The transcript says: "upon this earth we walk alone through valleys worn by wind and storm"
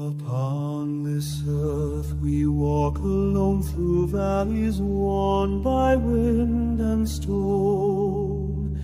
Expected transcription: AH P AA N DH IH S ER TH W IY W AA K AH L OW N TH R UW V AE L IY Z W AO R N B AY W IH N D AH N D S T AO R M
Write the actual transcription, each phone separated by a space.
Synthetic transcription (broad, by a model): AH P AA N DH IH S ER TH W IY W AA K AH L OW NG TH R UW V AE L IY Z W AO N B AY W IH N D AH N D S T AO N